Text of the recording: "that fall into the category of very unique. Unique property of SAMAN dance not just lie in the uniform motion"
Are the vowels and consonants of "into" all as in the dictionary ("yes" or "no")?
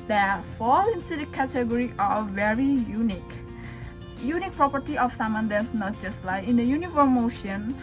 no